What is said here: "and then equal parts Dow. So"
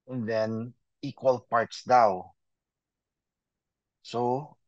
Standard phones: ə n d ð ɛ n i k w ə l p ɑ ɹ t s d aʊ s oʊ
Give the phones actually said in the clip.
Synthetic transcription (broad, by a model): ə n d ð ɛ n i k w ə l p ɑ ɹ t s d aʊ s oʊ